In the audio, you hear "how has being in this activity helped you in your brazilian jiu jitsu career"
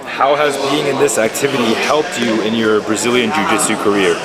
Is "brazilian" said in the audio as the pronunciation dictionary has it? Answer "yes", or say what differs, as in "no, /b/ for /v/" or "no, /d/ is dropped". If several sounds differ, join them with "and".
yes